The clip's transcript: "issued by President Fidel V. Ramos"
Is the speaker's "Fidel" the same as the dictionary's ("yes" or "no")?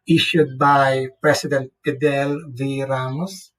no